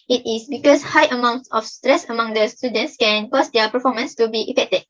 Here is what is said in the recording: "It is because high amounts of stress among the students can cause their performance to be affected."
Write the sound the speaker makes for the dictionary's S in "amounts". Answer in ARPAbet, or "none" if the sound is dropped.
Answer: S